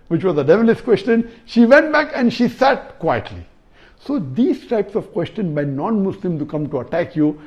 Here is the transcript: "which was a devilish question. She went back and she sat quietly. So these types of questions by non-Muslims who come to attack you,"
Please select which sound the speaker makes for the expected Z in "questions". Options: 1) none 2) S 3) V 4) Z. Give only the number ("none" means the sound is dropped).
1